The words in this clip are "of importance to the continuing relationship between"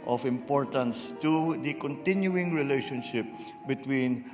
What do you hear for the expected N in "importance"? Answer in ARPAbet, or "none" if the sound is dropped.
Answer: N